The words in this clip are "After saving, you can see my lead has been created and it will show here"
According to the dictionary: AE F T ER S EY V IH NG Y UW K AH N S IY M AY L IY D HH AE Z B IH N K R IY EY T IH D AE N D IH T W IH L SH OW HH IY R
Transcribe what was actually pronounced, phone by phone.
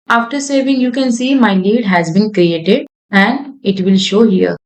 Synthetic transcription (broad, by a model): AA F T ER S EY V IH NG Y UW K AH N S IY M AY L IY D HH AE Z B IH N K R IY EY T IH D AE N D IH T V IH L SH OW HH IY R